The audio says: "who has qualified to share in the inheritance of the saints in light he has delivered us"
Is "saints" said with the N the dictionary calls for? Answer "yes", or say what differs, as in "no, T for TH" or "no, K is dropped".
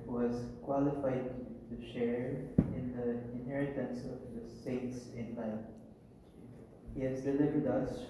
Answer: no, N is dropped